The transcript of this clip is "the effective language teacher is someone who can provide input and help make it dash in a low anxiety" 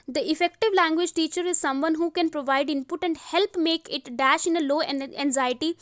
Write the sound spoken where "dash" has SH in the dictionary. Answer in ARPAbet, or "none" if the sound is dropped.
SH